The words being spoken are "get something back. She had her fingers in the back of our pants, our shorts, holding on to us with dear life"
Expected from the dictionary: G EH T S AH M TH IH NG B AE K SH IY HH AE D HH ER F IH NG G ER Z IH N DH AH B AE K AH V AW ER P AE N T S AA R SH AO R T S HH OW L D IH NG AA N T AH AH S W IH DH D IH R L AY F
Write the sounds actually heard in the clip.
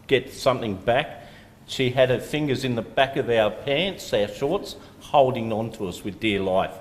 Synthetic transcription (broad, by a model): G EH T S AH M TH IH NG B AE K SH IY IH D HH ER F IH NG G ER Z IH N DH AH B AE K AH V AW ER P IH N T S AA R SH AO R T S HH OW L D IH NG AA N T AH AH S W IH DH D IH R L AY F